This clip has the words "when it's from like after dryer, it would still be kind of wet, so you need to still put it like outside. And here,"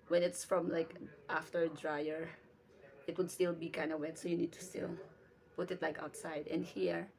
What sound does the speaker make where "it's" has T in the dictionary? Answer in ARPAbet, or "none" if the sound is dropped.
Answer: T